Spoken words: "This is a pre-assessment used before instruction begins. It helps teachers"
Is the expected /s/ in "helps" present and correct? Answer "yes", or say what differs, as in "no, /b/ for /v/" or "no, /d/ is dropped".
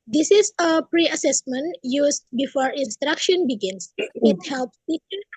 yes